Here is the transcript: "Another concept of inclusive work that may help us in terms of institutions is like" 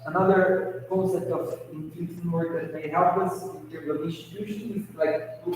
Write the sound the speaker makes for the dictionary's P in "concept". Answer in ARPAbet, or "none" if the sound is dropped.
none